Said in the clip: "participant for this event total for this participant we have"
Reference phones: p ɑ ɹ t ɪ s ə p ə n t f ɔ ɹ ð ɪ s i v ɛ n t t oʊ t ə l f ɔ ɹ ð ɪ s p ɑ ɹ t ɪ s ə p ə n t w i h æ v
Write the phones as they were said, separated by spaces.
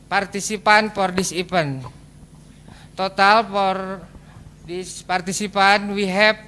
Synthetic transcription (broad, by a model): p ɑ ɹ t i s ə p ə n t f ɔ ɹ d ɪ s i p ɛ n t t oʊ t ə l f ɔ ɹ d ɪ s p ɑ ɹ t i s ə p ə n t w i h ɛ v